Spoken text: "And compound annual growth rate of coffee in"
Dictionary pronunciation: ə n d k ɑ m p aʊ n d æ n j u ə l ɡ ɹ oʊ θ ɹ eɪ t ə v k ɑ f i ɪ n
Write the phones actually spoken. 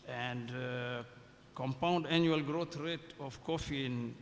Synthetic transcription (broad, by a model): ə n d k ɑ m p aʊ n d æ n j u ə l ɡ ɹ oʊ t ɹ eɪ t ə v k ɑ f i n